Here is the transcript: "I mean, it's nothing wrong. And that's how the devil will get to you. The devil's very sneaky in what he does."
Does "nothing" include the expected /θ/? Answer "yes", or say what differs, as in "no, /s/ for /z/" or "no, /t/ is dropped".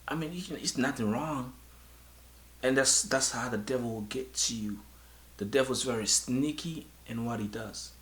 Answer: yes